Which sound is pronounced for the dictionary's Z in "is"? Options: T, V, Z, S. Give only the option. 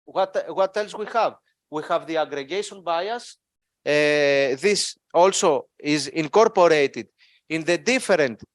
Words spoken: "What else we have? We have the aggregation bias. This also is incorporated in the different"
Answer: Z